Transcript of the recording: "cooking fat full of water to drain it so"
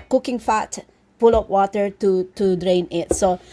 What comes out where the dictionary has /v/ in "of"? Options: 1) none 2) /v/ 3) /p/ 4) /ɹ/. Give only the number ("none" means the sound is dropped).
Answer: 3